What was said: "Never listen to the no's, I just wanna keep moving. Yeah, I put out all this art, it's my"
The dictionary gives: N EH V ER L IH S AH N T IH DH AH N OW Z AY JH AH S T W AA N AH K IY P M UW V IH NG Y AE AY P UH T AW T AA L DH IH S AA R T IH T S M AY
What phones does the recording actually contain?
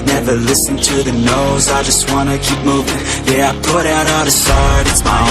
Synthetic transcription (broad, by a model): N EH V ER L IH S AH N T IH DH AH N OW Z AY JH AH S T W AA N AH K IY P M UW V IH NG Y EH AY P UH T AW T DH IH S AA R T IH T S M AY